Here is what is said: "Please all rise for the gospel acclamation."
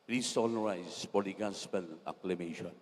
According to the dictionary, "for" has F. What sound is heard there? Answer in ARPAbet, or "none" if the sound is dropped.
P